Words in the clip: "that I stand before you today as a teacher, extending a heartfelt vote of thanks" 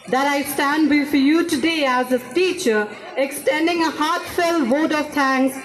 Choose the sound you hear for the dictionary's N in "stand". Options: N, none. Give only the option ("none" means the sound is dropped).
N